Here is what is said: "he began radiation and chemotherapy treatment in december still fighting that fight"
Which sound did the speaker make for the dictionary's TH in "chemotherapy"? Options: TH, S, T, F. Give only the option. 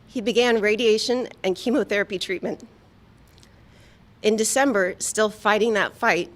TH